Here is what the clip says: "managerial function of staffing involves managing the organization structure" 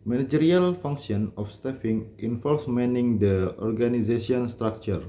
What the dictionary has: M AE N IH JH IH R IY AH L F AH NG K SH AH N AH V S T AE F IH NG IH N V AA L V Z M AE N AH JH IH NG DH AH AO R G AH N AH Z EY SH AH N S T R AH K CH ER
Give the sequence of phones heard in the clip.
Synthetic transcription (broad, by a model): M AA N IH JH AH R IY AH L F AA NG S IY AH N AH F S T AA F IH NG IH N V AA L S M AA N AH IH NG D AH AO R G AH N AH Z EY S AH N S T R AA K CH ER